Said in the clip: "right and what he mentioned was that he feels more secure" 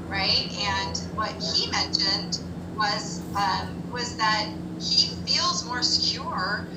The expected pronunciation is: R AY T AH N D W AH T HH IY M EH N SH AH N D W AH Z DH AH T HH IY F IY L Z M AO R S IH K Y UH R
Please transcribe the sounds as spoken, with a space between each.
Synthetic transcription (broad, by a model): R AY T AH N W AH T HH IY M EH N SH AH N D W AH Z DH AH T HH IY F IY L Z M AO R S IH K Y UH R